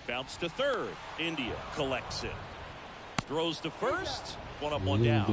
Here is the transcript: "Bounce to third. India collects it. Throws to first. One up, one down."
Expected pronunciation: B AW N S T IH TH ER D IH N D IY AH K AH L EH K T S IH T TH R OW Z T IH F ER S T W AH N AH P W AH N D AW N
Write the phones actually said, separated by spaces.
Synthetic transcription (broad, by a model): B AW N S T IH TH ER D IH N D IY AH K AH L EH K T S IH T TH R OW Z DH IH F ER S T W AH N AH P W AH N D AW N